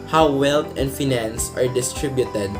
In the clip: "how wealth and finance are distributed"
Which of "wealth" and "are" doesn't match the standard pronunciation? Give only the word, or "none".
wealth